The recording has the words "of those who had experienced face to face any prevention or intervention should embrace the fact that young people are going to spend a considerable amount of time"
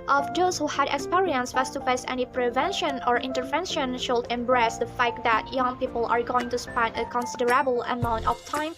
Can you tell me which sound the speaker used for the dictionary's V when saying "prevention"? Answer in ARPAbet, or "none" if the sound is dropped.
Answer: V